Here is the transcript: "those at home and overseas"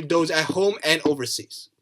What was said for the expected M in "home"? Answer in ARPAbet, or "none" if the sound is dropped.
M